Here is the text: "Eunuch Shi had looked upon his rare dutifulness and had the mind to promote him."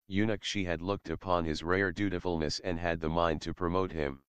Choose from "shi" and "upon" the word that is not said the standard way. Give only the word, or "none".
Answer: none